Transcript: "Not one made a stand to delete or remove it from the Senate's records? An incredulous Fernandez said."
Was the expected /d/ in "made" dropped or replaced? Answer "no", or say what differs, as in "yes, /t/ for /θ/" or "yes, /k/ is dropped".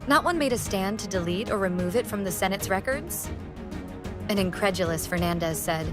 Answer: no